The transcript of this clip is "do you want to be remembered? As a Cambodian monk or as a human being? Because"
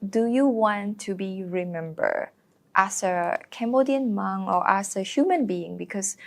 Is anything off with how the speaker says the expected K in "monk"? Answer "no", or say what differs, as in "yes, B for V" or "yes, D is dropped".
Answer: yes, K is dropped